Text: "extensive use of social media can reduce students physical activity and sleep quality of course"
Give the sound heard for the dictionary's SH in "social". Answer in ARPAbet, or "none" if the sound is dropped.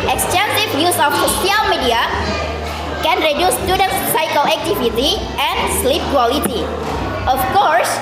S